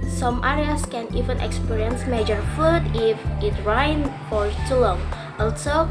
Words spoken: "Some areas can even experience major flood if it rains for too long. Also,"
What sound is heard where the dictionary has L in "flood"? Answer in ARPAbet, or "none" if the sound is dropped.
none